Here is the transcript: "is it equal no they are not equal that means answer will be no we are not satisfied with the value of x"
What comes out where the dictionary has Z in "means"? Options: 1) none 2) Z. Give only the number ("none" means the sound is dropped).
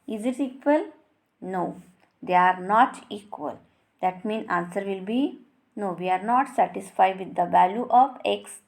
1